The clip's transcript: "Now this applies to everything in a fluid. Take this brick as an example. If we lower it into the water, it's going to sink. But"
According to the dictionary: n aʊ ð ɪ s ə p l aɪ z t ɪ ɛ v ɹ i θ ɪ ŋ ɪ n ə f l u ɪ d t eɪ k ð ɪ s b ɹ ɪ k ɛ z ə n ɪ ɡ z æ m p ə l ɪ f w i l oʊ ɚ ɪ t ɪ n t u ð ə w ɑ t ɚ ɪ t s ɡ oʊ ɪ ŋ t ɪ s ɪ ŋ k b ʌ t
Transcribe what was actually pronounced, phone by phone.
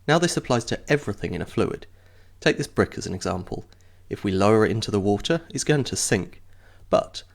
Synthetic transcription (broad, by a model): n aʊ ð ɪ s ə p l aɪ z t ɪ ɛ v ɹ i θ ɪ ŋ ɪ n ə f l u ɪ d t eɪ k ð ɪ s b ɹ ɪ k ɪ z ə n ɪ ɡ z æ m p ə l ɪ f w i l oʊ ɚ ɪ t ɪ n t u ð ə w ɑ t ɚ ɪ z ɡ oʊ ɪ ŋ t ɪ s ɪ ŋ k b ʌ t